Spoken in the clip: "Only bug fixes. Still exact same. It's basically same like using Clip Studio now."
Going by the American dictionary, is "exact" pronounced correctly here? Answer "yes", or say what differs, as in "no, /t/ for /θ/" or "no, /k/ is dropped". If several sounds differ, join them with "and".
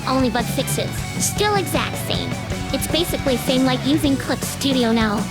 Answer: yes